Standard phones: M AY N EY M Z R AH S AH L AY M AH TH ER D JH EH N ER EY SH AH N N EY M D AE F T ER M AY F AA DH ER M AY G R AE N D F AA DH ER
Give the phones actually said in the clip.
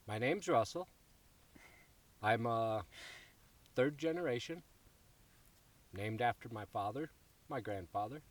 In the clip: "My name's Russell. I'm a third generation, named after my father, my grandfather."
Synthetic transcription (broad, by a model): M AY N EY M Z R AH S L AY M AH TH ER D JH EH N ER EY SH AH N N EY M D AE F T ER M AY F AA DH ER M AY G R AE N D F AA DH ER